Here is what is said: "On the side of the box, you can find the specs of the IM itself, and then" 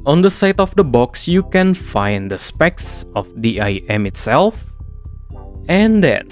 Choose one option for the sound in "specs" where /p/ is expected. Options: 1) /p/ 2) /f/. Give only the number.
1